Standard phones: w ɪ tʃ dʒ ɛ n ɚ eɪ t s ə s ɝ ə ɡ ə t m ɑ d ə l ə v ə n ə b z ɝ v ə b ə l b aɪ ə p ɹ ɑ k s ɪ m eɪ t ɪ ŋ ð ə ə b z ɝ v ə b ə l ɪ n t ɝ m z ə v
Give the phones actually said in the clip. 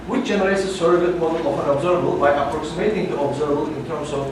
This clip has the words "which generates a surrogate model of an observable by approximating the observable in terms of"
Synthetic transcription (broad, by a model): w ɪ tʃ dʒ ɛ n ɚ eɪ t s ə s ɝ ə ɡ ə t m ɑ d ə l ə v ə n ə b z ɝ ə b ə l b aɪ ə p ɹ ɑ k s ɪ m eɪ t ɪ ŋ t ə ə b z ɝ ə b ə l ɪ n t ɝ m s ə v